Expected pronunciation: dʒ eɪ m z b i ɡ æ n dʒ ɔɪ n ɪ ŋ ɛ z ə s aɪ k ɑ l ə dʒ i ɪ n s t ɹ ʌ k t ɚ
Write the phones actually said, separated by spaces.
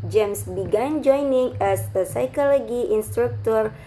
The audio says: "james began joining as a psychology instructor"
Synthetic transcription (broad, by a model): dʒ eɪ m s b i ɡ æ n dʒ ɔɪ n ɪ ŋ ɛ s ə s aɪ k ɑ l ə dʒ i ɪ n s t ɹ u k t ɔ